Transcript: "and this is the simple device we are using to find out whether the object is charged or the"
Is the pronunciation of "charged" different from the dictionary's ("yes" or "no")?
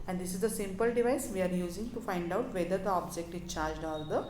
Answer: no